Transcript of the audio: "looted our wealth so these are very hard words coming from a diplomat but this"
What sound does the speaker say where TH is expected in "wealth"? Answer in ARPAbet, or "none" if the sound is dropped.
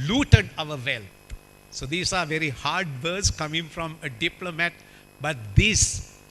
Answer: T